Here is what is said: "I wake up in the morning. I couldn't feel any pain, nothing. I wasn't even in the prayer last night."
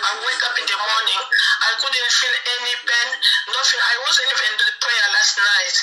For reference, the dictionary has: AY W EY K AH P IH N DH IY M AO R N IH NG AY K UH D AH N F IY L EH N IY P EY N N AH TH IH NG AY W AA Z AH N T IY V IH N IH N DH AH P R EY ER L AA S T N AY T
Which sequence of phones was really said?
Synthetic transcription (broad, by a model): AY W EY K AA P IH N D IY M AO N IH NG AY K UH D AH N F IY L EH N IY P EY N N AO F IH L AY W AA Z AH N IY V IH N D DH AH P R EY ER L AA S T N AY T